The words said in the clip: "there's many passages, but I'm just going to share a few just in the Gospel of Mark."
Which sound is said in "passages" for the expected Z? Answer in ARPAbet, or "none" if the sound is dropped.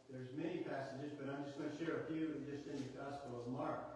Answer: Z